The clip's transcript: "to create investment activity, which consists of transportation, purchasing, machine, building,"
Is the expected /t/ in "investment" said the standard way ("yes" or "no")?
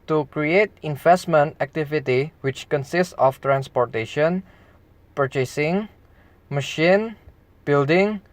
yes